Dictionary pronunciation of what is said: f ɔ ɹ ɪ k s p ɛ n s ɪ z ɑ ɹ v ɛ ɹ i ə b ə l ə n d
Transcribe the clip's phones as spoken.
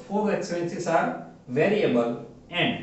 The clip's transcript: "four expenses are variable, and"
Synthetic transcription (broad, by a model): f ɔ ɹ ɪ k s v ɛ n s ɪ s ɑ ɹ v ɛ ɹ i ə b ə l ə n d